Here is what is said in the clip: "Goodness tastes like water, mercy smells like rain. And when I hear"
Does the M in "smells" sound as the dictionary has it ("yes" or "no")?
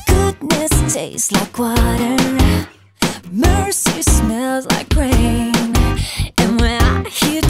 yes